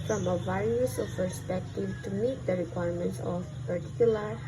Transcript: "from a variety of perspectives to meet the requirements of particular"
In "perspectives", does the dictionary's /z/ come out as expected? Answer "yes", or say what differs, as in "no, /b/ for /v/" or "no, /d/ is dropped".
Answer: no, /z/ is dropped